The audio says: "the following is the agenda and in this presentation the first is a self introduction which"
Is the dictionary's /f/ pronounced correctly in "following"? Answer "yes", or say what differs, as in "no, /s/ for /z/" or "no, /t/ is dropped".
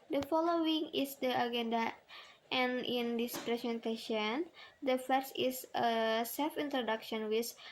yes